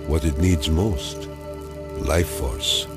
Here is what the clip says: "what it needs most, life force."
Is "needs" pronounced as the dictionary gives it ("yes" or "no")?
yes